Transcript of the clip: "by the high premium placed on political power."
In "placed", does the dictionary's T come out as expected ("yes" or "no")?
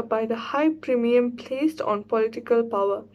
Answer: yes